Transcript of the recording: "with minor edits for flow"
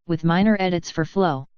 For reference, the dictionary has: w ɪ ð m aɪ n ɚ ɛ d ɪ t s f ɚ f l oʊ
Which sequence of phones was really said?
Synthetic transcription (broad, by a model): w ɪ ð m aɪ n ɚ ɛ d ɪ t s f ɚ f l oʊ